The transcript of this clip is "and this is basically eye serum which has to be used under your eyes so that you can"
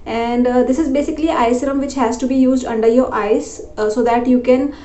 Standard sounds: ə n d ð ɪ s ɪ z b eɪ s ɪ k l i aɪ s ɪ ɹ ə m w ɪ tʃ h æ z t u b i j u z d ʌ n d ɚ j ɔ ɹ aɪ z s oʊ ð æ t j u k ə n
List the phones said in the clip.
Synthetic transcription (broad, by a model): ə n d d ɪ s ɪ z b eɪ s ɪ k l i aɪ s ɪ ɹ ə m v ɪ tʃ h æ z t u b i j u z d ʌ n d ɚ j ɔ ɹ aɪ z s oʊ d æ t j u k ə n